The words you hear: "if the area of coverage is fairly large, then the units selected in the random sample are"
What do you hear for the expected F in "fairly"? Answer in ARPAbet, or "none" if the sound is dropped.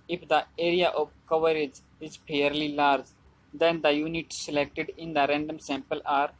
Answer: P